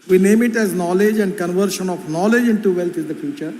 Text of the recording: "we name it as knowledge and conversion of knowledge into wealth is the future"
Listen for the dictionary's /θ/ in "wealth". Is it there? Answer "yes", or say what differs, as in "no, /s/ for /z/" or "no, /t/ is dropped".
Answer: no, /t/ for /θ/